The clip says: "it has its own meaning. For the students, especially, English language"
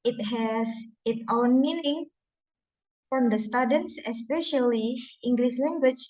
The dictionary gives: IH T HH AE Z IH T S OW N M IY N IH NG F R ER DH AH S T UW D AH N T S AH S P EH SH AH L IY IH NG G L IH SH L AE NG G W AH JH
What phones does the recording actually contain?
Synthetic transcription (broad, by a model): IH T HH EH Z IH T OW N M IY N IH NG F R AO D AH S T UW D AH N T S AH S P EH SH AH L IY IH NG G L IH S L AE NG G W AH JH